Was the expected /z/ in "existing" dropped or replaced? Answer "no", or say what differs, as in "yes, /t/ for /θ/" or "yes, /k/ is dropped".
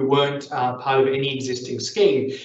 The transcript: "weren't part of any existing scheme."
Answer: no